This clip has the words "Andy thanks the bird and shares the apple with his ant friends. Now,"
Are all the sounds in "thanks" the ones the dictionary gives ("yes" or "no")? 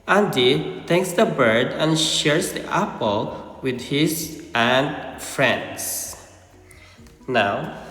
no